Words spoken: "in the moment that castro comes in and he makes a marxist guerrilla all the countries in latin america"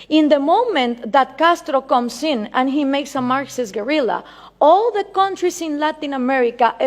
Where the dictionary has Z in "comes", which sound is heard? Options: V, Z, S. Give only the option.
S